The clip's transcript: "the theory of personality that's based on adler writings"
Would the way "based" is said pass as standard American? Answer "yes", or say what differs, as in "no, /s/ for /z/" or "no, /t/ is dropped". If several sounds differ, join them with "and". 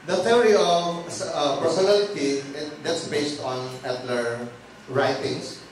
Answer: yes